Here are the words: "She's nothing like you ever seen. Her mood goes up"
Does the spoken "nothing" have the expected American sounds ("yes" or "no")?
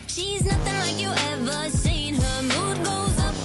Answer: yes